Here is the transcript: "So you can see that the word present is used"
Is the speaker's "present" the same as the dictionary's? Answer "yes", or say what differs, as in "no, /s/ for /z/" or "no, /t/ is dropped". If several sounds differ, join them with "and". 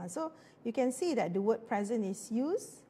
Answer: no, /t/ is dropped